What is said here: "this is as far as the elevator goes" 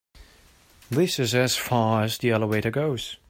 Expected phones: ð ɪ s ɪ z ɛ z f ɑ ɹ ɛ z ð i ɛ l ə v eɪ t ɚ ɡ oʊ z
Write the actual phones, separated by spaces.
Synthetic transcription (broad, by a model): ð ɪ s ɪ z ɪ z f ɑ ɹ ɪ z ð i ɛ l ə w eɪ t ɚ ɡ oʊ z